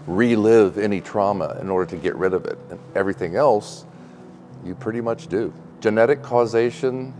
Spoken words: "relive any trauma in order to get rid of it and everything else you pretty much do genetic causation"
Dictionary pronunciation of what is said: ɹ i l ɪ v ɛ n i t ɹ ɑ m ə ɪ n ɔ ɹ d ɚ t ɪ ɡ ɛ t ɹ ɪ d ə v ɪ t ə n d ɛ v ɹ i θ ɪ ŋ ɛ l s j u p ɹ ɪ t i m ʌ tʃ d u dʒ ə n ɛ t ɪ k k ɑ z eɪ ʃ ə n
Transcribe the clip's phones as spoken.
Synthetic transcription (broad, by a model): ɹ i l ɪ v ɛ n i t ɹ ɑ m ə ɪ n ɔ ɹ d ɚ t ɪ ɡ ɛ t ɹ ɪ d ə v ɪ t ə n ɛ v ɹ i θ ɪ ŋ ɛ l s j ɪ p ɹ ɪ t i m ʌ tʃ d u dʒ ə n ɛ t ɪ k k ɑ z eɪ ʃ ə n